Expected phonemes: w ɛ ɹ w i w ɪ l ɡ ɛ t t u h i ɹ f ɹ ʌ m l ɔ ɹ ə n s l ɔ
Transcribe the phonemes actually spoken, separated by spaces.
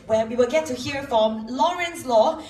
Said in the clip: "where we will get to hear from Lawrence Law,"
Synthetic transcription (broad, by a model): w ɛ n w i w ɪ l ɡ ɛ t t u h i ɹ f ɹ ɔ m l ɔ ɹ ə n s l ɔ